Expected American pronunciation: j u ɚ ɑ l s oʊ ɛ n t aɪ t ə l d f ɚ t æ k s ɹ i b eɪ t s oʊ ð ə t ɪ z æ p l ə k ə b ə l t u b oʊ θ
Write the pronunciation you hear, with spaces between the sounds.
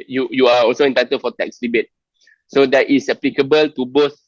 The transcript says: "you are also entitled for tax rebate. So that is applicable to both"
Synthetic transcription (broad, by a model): j u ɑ ɑ l s oʊ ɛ n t aɪ t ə d f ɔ t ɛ k s l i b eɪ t s oʊ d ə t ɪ s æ p l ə k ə b ə l t u b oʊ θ